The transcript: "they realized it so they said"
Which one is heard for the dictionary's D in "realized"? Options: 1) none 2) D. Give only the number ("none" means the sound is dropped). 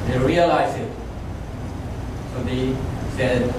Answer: 1